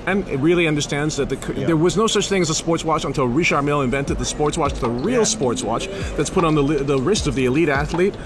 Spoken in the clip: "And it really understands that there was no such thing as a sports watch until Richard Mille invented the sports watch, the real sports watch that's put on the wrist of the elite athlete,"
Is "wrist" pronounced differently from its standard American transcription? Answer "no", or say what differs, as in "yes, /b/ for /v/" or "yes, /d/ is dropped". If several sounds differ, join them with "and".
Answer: no